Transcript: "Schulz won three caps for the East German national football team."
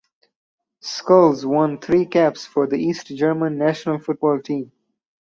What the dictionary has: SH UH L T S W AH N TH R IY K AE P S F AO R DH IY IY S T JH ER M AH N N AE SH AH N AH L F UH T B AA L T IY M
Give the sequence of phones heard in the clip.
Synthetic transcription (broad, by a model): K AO L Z W AH N T R IY K AE P S F AO R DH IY IY S T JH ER M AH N N AE SH AH N AH L F UH T B AA L T IY M